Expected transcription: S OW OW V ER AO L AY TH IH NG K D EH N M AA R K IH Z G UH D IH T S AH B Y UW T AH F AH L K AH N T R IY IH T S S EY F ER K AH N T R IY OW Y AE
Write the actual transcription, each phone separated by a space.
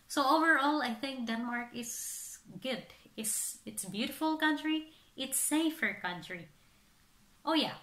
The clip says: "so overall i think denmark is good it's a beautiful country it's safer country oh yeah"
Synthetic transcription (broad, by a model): S OW OW V ER AO L AY TH IH NG K D EH N M AA R K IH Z G UH D IH T S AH B Y UW T AH F AH L K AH N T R IY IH T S S EY F ER K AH N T R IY OW Y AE